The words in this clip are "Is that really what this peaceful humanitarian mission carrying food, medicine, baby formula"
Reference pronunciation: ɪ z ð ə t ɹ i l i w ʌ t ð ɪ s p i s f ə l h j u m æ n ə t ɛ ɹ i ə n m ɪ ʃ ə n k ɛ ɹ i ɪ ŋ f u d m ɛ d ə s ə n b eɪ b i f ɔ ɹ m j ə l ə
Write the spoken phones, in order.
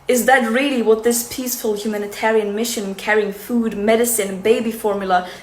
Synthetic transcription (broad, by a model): ɪ z ð ə t ɹ i l i w ʌ t ð ɪ s p i s f ə l h j u m æ n ə t ɛ ɹ i ə n m ɪ ʃ ə n k ɛ ɹ i ɪ ŋ f u d m ɛ d ə s ə n b eɪ b i f ɔ ɹ m j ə l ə